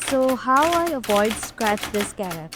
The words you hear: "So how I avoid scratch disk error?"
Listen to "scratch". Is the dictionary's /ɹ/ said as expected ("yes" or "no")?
yes